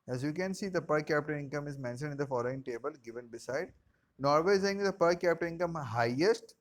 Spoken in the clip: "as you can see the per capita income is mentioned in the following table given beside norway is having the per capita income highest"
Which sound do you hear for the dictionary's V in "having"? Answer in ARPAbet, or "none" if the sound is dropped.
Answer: none